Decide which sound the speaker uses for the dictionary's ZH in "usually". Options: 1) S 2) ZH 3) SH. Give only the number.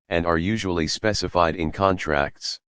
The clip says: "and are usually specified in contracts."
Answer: 2